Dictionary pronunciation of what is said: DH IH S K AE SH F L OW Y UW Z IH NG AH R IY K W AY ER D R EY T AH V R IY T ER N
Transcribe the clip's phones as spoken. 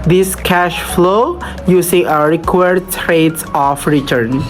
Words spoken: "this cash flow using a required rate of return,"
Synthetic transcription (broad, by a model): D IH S K AE SH F L OW Y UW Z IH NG AH R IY K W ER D R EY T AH F R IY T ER N